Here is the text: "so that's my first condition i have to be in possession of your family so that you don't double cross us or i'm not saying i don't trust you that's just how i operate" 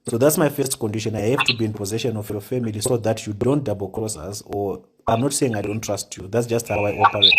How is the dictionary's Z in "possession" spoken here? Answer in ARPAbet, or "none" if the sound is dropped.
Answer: Z